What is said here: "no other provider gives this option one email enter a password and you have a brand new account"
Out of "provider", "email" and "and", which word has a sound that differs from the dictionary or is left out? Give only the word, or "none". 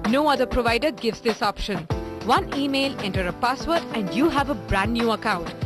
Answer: none